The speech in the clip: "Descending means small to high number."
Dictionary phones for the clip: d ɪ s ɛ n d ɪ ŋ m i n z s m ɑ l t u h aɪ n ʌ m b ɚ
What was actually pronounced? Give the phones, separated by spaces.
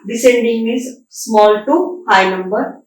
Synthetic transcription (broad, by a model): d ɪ s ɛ n d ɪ ŋ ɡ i z s m ɑ l t u h aɪ n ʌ m b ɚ